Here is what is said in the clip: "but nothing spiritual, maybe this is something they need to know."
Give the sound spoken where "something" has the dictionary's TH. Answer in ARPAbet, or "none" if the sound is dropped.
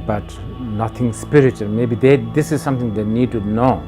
T